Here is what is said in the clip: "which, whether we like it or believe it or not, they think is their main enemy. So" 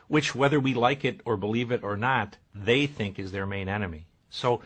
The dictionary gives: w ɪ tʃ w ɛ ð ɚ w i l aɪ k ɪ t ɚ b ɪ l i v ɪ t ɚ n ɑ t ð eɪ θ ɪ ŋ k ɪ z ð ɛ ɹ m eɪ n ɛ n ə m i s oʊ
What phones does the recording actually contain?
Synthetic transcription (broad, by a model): w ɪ tʃ w ɛ ð ɚ w i l aɪ k ɪ t ɚ b ɪ l i v ɪ t ɚ n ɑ t ð eɪ θ ɪ ŋ k ɪ z ð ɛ ɹ m eɪ n ɛ n ə m i s oʊ